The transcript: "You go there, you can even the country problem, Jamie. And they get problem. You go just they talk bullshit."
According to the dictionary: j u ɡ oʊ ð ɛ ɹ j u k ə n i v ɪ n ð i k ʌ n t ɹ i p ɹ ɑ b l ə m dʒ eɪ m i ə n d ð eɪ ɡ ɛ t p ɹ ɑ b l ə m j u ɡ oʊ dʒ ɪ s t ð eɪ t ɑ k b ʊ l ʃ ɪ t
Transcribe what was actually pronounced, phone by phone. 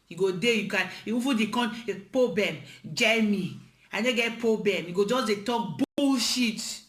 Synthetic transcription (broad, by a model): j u ɡ oʊ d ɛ j u k ə n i f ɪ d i k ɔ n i p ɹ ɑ b l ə m dʒ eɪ m i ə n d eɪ ɡ ɛ t p ɹ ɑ b l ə m j u ɡ oʊ dʒ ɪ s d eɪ t ɑ k b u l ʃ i t